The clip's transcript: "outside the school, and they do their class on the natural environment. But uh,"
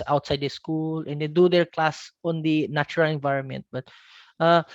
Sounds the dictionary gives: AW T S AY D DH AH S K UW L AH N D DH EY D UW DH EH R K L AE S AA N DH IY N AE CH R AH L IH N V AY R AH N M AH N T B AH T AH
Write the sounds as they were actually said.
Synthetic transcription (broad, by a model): AW T S AY D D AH S K UW L AH N D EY D UW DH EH R K L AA S AA N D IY N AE CH R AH L IH N V AY R AH N M AH N T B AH T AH